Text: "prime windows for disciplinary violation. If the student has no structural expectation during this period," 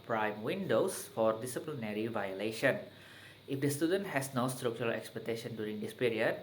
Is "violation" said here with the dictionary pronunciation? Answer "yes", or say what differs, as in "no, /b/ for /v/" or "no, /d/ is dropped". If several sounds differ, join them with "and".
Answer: yes